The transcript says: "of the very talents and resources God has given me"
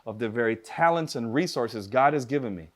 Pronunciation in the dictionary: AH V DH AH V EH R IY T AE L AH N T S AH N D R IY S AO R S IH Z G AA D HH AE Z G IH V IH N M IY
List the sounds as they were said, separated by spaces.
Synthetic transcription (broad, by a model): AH V DH AH V EH R IY T AE L AH N T S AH N R IY S AO R S IH Z G AA D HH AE Z G IH V IH N M IY